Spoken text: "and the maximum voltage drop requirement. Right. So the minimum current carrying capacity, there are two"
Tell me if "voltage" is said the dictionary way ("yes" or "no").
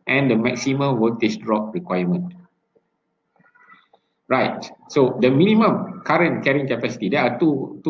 no